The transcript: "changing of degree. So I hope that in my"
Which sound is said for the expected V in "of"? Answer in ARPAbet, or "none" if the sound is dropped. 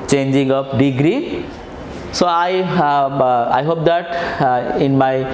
P